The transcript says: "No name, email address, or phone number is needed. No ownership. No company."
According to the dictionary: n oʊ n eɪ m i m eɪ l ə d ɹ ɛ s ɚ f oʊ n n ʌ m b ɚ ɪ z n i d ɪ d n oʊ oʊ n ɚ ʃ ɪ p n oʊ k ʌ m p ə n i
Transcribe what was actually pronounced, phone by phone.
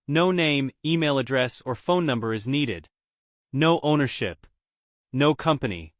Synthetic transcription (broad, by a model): n oʊ n eɪ m i m eɪ l ə d ɹ ɛ s ɚ f oʊ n n ʌ m b ɚ ɪ z n i d ɪ d n oʊ oʊ n ɚ ʃ ɪ p n oʊ k ʌ m p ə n i